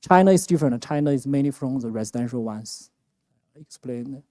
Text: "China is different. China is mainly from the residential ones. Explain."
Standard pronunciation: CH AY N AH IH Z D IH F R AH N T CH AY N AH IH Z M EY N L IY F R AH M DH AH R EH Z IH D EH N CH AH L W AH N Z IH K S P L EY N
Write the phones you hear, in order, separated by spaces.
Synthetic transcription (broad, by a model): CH AY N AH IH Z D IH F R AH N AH CH AY N AH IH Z M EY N IY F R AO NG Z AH R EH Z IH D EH N SH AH L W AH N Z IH K S P L EY N